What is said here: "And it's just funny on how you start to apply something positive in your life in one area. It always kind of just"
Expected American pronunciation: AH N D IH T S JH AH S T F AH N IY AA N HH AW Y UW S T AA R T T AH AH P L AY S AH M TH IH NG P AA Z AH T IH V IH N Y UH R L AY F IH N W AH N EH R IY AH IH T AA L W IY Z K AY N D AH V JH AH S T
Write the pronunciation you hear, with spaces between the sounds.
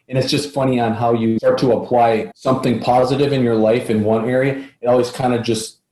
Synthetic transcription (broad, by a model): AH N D IH T S JH AH S T F AH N IY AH N HH AW Y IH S T AA R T T AH AH P L AY S AH M TH IH NG P AA Z AH T IH V IH N Y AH R L AY F IH N W AH N EH R IY AH IH T AA L W IY Z K AY N D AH JH AH S T